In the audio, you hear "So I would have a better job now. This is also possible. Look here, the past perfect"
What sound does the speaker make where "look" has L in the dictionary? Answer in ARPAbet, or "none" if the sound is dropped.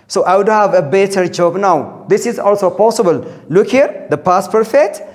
L